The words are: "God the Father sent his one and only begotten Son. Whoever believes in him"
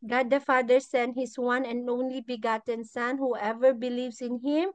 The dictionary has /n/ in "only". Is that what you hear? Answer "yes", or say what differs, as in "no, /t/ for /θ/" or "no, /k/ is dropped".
yes